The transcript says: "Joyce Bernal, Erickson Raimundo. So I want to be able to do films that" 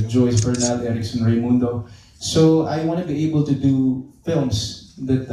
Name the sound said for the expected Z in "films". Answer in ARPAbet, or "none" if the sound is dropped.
S